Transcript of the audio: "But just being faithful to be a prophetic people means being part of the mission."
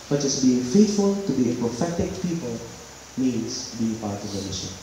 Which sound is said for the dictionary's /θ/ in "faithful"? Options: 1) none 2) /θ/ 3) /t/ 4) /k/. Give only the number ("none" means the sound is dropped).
3